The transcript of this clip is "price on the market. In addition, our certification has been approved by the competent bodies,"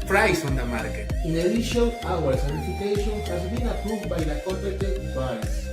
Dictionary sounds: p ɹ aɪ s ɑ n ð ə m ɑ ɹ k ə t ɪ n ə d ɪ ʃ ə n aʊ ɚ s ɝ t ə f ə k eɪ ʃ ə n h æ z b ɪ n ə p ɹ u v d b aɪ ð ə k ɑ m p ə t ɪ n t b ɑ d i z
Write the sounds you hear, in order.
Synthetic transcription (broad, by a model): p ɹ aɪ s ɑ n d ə m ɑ ɹ k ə ɪ n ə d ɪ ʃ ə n aʊ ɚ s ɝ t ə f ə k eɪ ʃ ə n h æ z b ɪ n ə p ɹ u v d b aɪ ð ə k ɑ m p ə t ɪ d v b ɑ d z